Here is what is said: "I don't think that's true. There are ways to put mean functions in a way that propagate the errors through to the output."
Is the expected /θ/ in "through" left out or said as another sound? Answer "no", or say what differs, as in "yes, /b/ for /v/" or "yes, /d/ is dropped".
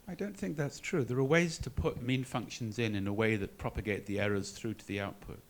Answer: no